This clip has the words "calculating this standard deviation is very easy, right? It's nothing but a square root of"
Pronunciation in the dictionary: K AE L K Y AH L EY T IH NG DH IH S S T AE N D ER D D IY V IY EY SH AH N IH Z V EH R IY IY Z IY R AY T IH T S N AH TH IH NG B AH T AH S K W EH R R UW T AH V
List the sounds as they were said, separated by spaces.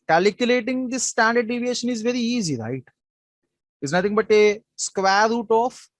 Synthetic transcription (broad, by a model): K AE L K Y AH L EY T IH NG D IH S S T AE N D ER D D IY V IY EY SH AH N IH Z V EH R IY IY Z IY R AY T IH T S N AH T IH NG B AH T AH S K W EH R R UW T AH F